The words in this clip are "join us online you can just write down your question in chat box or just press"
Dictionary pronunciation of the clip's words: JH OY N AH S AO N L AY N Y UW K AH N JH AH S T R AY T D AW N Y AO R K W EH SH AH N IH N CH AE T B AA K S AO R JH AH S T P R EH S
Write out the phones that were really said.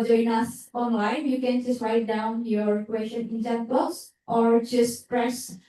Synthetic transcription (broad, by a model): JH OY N AH S AO N L AY N Y UW K AH N JH AH S T R AY T D AW N Y AO R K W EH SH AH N IH N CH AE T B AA S AO R JH AH S T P R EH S